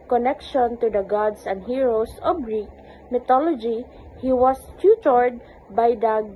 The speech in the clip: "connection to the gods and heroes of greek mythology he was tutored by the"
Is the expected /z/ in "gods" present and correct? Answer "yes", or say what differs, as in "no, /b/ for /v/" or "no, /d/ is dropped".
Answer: no, /s/ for /z/